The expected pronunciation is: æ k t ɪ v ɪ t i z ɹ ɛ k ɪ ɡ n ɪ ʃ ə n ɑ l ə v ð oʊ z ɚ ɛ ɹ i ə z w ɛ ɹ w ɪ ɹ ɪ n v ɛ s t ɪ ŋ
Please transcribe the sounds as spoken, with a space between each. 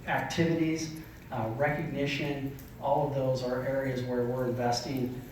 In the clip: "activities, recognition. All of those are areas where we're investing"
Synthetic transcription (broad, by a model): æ k t ɪ v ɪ t i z ɹ ɛ k ɪ ɡ n ɪ ʃ ə n ɑ l ə v ð oʊ z ɚ ɛ ɹ i ə z w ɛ ɹ w ɪ ɹ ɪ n v ɛ s t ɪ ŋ